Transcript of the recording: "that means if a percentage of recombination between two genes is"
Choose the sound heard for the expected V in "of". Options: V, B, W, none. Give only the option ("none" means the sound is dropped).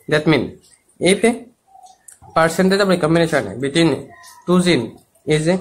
B